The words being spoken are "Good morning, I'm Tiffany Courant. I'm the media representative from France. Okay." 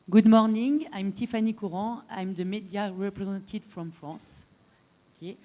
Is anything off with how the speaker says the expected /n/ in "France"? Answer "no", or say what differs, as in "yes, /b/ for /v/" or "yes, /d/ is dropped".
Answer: yes, /n/ is dropped